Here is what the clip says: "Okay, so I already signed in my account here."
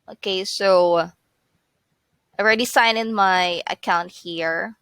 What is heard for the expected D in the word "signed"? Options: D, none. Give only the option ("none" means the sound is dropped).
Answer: none